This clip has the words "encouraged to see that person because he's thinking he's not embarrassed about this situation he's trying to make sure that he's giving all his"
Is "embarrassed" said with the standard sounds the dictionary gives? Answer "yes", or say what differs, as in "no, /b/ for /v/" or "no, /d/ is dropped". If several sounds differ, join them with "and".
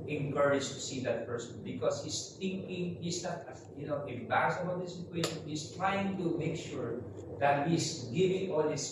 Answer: no, /t/ is dropped